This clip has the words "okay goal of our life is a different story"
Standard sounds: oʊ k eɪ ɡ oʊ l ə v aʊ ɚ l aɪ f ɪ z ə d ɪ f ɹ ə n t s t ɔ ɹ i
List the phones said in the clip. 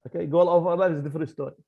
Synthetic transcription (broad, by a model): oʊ k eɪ ɡ oʊ l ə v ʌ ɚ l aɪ ɪ z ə d ɪ f ɹ ə n t s t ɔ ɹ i